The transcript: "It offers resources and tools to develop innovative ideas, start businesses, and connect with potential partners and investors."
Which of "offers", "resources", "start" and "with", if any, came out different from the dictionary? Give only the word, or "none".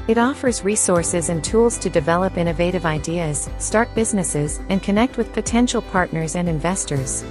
none